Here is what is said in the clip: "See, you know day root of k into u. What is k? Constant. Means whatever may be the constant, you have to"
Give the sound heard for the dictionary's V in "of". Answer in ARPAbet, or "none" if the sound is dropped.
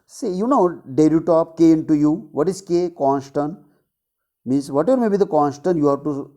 P